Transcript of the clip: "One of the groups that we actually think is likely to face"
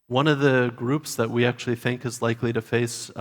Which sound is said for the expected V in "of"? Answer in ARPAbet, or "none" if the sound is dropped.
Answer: V